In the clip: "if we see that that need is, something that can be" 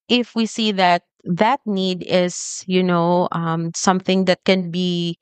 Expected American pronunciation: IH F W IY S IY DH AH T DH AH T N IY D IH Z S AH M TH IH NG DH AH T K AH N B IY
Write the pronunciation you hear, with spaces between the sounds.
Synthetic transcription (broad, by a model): IH F W IY S IY DH AH T DH AH T N IY D IH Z S AH M TH IH NG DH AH T K AH N B IY